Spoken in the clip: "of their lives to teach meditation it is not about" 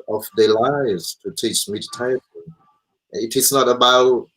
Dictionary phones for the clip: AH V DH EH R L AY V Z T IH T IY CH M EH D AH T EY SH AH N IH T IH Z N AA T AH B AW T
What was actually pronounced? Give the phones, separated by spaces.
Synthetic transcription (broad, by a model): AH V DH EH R L AY V Z T IH T IY CH M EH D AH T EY AH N IH T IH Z N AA T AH B AW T